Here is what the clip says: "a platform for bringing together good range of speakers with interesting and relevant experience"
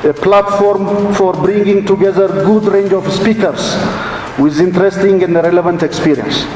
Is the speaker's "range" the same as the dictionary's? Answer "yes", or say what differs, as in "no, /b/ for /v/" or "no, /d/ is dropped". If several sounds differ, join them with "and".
yes